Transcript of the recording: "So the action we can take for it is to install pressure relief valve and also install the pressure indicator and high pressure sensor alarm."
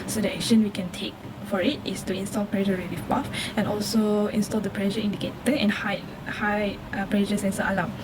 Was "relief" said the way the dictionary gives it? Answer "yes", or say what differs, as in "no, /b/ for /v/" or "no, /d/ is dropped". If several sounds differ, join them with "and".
no, /w/ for /l/